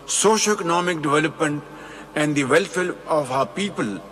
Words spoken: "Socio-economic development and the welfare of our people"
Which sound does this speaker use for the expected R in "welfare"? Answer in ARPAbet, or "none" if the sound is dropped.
L